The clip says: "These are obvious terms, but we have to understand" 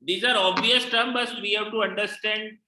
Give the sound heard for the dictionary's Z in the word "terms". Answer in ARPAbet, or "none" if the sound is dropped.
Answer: none